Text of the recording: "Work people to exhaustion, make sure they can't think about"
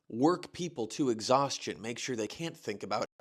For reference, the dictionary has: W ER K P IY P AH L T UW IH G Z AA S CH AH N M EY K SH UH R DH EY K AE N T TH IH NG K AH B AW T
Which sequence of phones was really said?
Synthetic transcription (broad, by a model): W ER K P IY P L T UW IH G Z AA S CH AH N M EY K SH UH R DH EY K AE N TH IH NG K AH B AW